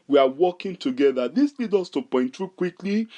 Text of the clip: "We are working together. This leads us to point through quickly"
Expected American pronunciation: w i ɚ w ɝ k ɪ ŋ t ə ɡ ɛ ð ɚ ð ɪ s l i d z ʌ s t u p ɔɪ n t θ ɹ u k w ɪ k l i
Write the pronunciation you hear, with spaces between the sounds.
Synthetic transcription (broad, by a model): w i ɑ w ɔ k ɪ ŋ t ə ɡ ɛ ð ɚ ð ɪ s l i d ɔ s t u p ɔɪ n t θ ɹ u k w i k l i